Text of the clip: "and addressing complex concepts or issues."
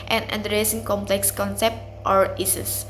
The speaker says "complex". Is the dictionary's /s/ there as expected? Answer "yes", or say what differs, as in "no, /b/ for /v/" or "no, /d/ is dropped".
yes